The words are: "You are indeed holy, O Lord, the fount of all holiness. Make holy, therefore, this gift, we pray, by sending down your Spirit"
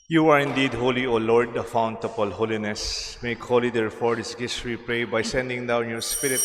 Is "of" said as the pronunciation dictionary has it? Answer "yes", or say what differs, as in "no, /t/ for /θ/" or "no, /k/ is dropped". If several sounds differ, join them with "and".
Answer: no, /p/ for /v/